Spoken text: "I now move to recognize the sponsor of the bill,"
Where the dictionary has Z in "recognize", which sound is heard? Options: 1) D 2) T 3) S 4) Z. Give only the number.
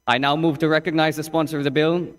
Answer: 4